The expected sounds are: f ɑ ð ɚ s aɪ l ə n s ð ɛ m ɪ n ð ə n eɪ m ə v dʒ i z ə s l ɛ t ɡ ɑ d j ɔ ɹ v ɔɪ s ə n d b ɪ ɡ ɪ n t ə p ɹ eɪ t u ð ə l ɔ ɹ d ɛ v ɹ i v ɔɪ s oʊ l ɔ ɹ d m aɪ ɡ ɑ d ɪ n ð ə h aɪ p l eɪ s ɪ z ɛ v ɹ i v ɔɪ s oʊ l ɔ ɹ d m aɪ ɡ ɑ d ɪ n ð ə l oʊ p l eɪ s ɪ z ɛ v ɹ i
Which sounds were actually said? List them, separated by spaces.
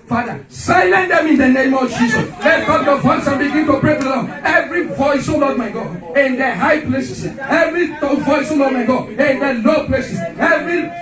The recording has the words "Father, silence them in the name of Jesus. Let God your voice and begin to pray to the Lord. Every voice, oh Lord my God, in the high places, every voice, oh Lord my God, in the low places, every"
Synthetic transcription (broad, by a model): f ɑ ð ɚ s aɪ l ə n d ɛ m ɪ n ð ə n eɪ m ə v dʒ i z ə s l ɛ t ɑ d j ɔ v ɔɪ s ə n b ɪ ɡ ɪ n t ə p ɹ eɪ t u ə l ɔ ɛ v ɹ i v ɔɪ s oʊ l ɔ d m aɪ ɡ ɑ d ɪ n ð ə h aɪ p l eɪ s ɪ s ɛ v ɹ i v ɔɪ s oʊ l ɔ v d m aɪ ɡ ɑ d ɪ n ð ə l oʊ p l eɪ s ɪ s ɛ v ɹ i